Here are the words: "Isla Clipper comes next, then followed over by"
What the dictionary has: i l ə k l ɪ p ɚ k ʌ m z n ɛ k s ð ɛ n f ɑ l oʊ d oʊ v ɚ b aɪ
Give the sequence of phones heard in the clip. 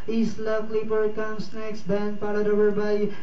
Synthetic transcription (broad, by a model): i l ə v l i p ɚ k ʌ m s n ɛ k s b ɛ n p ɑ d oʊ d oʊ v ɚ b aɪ